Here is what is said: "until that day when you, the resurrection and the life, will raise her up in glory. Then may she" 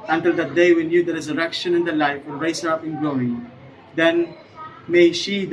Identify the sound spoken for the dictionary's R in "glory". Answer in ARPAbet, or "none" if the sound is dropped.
none